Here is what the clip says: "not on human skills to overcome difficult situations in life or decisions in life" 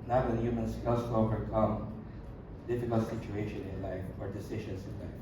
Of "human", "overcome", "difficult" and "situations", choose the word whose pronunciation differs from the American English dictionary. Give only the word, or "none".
situations